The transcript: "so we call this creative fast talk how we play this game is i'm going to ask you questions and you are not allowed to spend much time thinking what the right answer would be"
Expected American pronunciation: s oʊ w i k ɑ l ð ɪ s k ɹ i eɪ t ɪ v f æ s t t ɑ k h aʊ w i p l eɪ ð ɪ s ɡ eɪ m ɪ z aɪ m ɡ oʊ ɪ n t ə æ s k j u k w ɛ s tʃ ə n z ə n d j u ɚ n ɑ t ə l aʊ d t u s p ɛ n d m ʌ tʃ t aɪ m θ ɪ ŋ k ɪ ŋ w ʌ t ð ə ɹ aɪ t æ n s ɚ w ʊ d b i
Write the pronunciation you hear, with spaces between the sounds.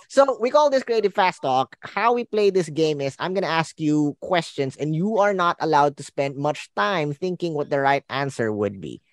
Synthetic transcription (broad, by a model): s oʊ w i k ɑ l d ɪ s k ɹ i eɪ t ɪ v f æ s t t ɑ k h aʊ w i p l eɪ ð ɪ s ɡ eɪ m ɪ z aɪ m ɡ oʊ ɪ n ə æ s k j u k w ɛ s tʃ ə n s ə n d j u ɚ n ɑ t ə l aʊ d t u s p ɛ n d m ʌ tʃ t aɪ m θ ɪ ŋ k ɪ ŋ w ʌ t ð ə ɹ aɪ t æ n s ɚ w ʊ d b i